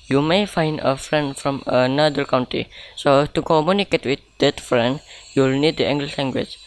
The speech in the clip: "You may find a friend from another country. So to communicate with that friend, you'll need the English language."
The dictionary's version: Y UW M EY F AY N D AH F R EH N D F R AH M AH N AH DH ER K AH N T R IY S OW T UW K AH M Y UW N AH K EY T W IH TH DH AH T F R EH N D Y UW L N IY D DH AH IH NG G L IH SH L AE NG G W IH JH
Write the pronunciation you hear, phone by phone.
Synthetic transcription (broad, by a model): Y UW M EY F AY N D AH F R EH N D F R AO M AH N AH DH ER K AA N T IY S OW T UW K AH M Y UW N AH K EY T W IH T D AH T F R EH N D Y UW L N IY D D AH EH NG G L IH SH L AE NG G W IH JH